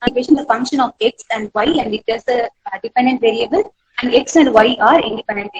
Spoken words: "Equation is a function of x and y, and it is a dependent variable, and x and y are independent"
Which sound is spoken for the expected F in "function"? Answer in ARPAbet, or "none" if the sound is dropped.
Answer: F